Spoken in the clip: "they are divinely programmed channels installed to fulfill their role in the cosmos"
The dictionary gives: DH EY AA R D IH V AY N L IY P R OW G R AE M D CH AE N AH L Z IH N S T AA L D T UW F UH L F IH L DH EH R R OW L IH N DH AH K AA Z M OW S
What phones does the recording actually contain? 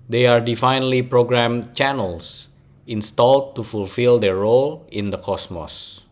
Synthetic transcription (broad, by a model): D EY AA R D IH F AY N L IY P R OW G R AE M CH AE N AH L S IH N S T AA L D T UW F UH L F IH L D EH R R OW L IH N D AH K AA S M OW S